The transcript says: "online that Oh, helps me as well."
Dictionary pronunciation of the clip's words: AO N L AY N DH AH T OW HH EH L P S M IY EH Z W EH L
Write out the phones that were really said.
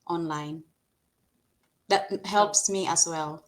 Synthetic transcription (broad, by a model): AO N L AY N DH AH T HH EH L P S M IY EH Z W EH L